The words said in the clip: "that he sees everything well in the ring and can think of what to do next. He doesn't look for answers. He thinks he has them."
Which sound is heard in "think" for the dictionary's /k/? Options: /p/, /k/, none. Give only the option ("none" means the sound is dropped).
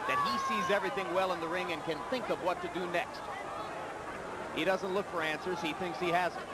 /k/